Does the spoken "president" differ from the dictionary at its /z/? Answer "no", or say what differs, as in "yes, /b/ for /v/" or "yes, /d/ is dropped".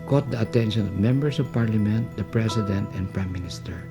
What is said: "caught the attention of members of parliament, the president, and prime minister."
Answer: yes, /s/ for /z/